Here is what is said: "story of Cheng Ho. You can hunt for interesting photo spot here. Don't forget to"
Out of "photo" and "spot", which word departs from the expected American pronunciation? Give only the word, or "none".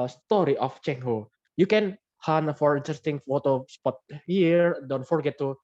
none